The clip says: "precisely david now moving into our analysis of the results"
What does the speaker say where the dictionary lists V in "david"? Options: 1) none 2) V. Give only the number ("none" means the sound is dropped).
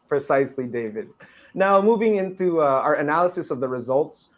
2